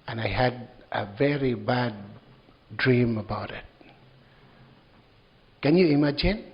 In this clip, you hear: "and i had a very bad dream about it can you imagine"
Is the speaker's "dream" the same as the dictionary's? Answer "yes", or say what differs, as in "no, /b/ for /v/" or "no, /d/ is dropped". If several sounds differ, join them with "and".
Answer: yes